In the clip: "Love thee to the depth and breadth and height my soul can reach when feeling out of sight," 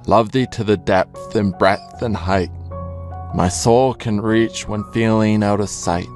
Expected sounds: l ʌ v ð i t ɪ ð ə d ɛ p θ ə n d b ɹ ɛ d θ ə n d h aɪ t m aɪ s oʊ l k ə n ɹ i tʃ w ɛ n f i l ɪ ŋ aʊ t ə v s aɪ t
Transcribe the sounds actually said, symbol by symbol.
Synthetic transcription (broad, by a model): l ʌ v ð i t ɪ ð ə d ɛ p θ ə n b ɹ ɛ θ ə n h aɪ t m aɪ s oʊ l k ə n ɹ i tʃ w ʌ n f i l ɪ ŋ aʊ t ə v s aɪ t